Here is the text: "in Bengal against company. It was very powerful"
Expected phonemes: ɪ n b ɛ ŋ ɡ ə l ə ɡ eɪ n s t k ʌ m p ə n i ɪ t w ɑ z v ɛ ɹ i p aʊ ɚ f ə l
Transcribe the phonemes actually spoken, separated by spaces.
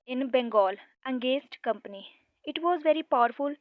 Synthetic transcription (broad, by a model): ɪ n b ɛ ŋ ɡ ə l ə ɡ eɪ s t k ʌ m p ə n i ɪ t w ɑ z v ɛ ɹ i p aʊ ɚ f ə l